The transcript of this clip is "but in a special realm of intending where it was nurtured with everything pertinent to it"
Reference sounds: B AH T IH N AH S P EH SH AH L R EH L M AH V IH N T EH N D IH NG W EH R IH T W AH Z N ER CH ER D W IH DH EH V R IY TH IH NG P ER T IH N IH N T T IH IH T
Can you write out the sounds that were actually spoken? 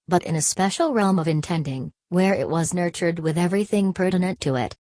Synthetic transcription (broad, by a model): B AH T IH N AH S P EH SH L R EH L M AH V IH N T EH N D IH NG W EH R IH T W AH Z N ER CH ER D W IH DH EH V R IY TH IH NG P ER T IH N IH N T T IH IH T